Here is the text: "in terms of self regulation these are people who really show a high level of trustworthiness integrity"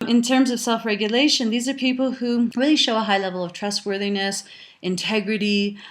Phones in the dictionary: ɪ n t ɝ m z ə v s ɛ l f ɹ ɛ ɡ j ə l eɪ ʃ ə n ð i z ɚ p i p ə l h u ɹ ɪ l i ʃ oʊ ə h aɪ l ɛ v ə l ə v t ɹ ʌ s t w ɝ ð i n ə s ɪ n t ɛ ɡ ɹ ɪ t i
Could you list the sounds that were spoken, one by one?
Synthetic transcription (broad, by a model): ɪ n t ɝ m z ə v s ɛ l f ɹ ɛ ɡ j ə l eɪ ʃ ə n ð i z ɚ p i p l h u ɹ ɪ l i ʃ oʊ ə h aɪ l ɛ v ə l ə v t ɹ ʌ s t w ɝ ð i n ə s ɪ n t ɛ ɡ ɹ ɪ t i